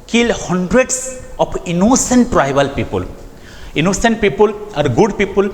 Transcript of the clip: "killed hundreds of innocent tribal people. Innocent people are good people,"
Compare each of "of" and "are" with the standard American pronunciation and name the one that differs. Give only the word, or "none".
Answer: of